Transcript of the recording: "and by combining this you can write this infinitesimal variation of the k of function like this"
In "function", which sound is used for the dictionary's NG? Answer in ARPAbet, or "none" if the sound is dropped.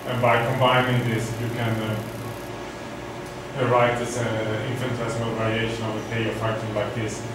none